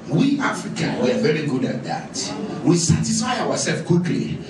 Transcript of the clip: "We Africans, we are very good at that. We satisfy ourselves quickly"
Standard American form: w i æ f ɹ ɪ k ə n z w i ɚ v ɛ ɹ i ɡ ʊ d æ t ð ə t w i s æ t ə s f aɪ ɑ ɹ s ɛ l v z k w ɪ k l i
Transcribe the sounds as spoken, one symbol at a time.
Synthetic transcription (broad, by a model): w i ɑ f ɹ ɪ k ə n w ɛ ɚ v ɛ ɹ i ɡ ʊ d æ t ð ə t w i s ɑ t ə s f aɪ ɑ w s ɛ l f k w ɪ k l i